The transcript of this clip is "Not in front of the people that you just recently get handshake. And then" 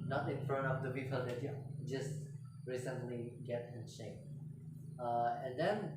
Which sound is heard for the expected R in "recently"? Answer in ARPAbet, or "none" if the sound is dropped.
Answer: R